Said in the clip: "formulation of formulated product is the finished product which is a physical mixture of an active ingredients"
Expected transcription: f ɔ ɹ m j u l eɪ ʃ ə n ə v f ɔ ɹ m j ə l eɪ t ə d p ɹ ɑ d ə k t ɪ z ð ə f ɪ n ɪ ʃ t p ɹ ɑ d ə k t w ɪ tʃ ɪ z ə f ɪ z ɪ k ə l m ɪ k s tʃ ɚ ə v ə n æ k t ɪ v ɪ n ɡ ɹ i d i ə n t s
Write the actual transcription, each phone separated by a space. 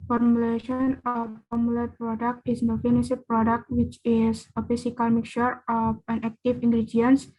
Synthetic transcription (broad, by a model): f ɔ ɹ m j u l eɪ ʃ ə n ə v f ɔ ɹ m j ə l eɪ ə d p ɹ ɑ d ə k t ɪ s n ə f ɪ n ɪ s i p ɹ ɑ d ə k t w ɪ tʃ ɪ s ə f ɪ s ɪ k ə l m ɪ k tʃ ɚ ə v ə n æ k t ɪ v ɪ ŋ ɡ ɹ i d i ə n s